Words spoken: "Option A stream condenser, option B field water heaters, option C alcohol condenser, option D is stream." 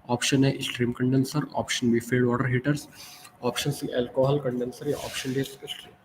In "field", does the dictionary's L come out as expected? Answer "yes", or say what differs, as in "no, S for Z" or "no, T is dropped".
no, L is dropped